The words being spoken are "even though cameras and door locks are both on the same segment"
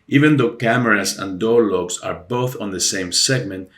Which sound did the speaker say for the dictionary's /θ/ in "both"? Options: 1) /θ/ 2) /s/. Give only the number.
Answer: 1